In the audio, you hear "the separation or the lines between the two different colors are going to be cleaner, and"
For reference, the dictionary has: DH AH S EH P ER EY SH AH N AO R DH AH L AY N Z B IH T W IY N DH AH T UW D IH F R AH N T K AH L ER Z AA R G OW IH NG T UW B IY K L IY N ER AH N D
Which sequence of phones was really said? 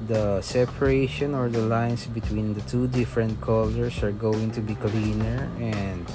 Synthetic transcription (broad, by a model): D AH S EH P ER EY SH AH N AO R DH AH L AY N S B IH T W IY N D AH T UW D IH F R AH N T K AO L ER S AA R G OW IH NG T UW B IY K L IY N ER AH N D